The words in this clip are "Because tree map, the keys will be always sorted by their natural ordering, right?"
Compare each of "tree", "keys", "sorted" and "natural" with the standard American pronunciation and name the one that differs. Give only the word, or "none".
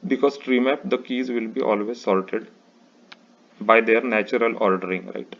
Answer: sorted